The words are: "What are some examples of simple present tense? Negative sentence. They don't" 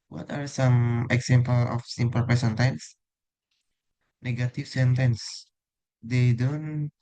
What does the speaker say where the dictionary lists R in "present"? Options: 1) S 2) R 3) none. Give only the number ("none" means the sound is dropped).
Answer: 3